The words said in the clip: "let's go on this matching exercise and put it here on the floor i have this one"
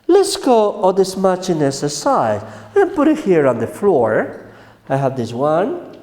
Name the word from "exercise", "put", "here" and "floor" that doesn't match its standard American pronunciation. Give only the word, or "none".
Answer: exercise